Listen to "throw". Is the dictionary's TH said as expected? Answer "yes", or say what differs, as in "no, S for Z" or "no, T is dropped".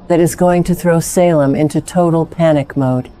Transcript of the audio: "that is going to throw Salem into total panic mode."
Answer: yes